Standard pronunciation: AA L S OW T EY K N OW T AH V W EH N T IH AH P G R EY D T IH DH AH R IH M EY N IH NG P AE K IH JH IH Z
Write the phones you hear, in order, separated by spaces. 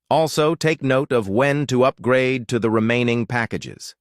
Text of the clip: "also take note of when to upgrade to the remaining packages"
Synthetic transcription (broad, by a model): AA L S OW T EY K N OW T AH V W EH N T IH AH P G R EY D T IH DH AH R IH M EY N IH NG P AE K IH JH IH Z